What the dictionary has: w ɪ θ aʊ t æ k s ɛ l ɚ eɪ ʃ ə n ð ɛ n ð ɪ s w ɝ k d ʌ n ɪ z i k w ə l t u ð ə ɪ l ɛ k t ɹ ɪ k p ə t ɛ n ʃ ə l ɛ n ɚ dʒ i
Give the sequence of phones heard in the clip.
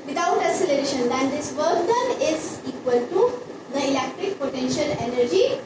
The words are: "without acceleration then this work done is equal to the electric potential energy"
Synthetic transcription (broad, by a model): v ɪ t aʊ t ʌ s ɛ l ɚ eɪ ʃ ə n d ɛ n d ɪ s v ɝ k d ʌ n ɪ z i k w ə l t u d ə ɪ l ɛ k t ɹ ɪ k p ə t ɛ n ʃ ə l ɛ n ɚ dʒ i